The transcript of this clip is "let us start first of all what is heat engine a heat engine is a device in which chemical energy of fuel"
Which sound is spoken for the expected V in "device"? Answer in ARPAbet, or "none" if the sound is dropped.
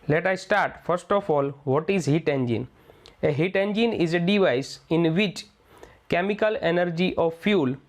V